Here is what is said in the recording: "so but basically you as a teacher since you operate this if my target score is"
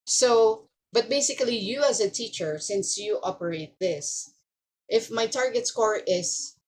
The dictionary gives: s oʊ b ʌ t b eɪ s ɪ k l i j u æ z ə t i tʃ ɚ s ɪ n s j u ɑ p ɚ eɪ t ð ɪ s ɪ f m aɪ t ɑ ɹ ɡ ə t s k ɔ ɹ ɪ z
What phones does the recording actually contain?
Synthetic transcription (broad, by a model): s oʊ b ʌ t b eɪ s ɪ k l i j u æ z ə t i tʃ ɚ s ɪ n s j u ɑ p ɚ eɪ t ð ɪ s ɪ f m aɪ t ɑ ɹ ɡ ə t s k ɔ ɹ ɪ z